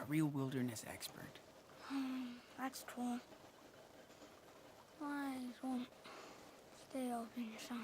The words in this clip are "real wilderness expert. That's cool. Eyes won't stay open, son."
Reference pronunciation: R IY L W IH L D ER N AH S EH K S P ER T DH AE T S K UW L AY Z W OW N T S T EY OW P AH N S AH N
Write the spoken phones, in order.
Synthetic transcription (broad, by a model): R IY L W IH L D ER N AH S EH K S P ER T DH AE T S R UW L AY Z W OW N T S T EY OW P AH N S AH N